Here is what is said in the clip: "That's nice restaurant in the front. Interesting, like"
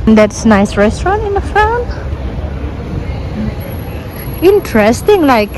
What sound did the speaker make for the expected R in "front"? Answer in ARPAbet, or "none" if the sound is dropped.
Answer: none